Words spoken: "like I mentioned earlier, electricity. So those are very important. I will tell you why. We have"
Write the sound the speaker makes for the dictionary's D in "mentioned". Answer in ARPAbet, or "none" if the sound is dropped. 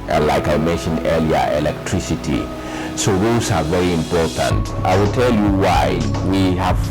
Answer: D